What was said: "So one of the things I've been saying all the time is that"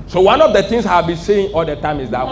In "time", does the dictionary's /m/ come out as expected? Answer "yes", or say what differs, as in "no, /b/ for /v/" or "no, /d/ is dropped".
yes